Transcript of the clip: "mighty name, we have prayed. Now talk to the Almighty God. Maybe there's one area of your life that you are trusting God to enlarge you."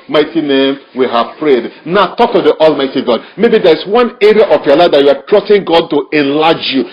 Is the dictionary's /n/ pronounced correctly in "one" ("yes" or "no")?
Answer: yes